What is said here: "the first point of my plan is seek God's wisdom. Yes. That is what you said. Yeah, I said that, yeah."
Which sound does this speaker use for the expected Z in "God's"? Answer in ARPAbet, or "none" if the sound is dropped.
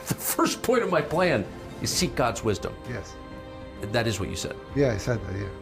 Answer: Z